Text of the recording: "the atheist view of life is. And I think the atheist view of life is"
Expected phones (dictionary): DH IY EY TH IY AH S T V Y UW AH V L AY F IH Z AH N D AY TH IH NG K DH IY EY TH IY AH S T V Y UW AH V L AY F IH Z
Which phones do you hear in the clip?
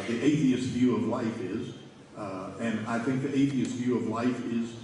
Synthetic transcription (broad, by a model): DH IY EY TH IY AH S T V Y UW AH V L AY F IH Z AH N AY TH IH NG K DH IY EY TH IY AH S T V Y UW AH V L AY F IH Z